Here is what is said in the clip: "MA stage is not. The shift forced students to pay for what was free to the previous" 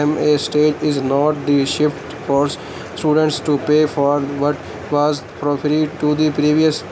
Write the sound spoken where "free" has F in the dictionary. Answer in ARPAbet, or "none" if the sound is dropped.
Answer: P